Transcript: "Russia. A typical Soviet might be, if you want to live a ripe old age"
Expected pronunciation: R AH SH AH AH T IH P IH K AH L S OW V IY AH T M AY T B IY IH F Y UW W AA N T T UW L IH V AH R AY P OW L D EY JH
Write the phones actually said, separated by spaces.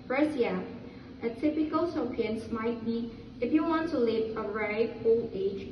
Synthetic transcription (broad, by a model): R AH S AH AH T IH P IH K AH L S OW P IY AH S M AY T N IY IH F Y UW W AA N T T UW L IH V AH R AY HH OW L EY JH